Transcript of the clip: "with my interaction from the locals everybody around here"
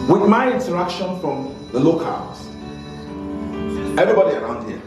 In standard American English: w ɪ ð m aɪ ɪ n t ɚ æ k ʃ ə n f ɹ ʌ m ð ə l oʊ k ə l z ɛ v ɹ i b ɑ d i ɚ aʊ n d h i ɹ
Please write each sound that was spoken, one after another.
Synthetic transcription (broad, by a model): w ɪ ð m aɪ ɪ n t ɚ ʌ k ʃ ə n f ɹ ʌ m ð ə l oʊ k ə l ɛ v ɹ i b ɑ d i ɚ aʊ n d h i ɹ